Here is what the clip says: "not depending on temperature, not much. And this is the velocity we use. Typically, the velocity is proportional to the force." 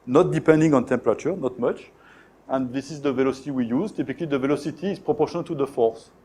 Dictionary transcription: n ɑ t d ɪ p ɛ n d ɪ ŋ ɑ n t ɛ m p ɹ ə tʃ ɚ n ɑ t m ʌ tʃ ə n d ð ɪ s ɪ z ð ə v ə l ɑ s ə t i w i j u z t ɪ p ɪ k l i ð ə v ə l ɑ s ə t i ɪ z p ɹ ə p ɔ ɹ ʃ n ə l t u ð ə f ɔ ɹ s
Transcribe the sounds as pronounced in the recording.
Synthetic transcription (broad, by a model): n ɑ t d ɪ p ɛ n d ɪ ŋ ɑ n t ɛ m p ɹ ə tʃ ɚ n ɑ t m ʌ tʃ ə n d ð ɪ s ɪ z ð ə v ə l ɑ s ə t i w i j u z t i p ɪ k l i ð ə v ə l ɑ s ə t i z p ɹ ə p ɔ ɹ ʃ ə n t u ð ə f ɔ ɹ s